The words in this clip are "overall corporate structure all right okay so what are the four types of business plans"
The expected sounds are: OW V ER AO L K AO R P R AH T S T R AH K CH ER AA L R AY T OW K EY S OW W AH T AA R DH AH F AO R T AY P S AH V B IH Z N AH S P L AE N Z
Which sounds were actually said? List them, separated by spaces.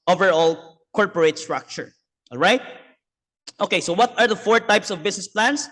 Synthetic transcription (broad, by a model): OW V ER AO L K AO R P R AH T S T R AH K CH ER AA L R AY T OW K EY S OW W AH T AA R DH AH F AO R T AY P S AH V B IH S N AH S P L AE N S